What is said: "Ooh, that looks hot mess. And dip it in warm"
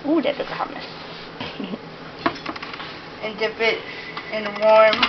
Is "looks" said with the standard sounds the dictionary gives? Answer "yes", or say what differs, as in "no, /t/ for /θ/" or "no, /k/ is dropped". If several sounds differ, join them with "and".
no, /s/ is dropped